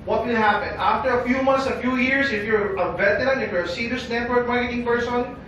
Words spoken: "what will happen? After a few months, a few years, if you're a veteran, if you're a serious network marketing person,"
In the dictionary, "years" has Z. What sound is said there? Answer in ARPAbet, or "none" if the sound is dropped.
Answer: S